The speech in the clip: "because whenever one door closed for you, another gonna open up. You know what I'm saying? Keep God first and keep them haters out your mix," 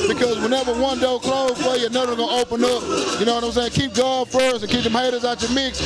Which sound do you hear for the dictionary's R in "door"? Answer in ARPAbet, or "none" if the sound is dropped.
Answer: L